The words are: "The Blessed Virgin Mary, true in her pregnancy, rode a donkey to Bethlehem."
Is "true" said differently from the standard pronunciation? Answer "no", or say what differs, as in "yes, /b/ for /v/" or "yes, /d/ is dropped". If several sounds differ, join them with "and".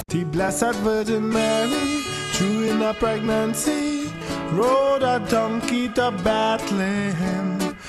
yes, /ɹ/ is dropped